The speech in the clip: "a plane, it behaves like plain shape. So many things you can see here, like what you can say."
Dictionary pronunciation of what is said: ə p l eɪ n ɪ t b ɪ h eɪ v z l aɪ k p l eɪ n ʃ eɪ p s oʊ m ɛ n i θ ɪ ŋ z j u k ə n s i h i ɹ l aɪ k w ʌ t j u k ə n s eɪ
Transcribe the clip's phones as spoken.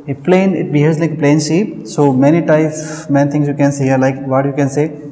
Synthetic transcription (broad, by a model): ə p l eɪ n ɪ t b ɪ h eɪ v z l aɪ k p l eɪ n s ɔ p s m ɛ n i t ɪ ŋ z j u k ə n s i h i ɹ l aɪ k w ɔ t j u k ə n s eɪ